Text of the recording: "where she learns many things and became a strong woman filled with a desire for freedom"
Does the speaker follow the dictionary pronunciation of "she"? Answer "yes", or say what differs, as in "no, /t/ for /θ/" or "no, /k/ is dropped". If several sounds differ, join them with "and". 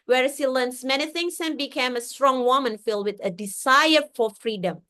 no, /s/ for /ʃ/